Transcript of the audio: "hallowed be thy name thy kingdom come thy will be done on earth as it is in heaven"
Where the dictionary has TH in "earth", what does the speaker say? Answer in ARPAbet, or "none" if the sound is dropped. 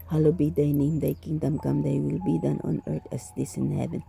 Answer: T